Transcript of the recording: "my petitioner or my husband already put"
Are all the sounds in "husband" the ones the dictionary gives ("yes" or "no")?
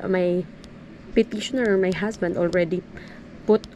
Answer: no